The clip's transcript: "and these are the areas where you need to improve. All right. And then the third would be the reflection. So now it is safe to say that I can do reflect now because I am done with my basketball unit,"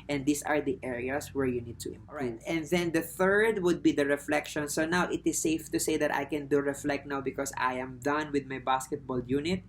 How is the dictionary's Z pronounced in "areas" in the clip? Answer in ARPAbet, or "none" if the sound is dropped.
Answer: S